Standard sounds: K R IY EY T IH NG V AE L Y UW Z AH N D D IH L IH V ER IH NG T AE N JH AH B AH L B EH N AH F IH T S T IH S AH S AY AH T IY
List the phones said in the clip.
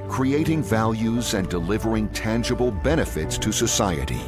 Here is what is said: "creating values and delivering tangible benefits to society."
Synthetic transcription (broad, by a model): K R IY EY T IH NG V AE L Y UW Z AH N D D IH L IH V ER IH NG T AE N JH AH B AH L B EH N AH F IH T S T IH S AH S AY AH T IY